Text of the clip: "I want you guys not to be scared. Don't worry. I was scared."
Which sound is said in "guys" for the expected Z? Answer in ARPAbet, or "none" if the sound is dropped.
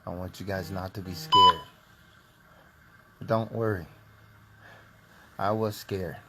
Z